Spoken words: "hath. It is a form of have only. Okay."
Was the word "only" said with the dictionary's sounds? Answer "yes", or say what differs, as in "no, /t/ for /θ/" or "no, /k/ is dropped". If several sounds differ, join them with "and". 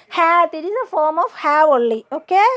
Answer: no, /n/ is dropped